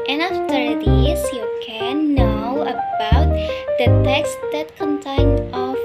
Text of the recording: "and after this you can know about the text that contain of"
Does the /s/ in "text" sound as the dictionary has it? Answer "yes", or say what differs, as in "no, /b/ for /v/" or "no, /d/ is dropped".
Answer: yes